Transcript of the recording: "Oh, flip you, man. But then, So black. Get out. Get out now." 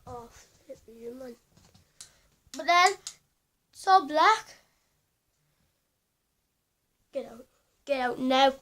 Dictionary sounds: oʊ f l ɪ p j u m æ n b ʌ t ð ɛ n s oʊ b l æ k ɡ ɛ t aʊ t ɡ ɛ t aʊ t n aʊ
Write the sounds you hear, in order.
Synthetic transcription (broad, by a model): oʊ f ɪ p j u m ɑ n b ʌ t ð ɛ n s oʊ b l æ k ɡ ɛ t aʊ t ɡ ɛ t aʊ t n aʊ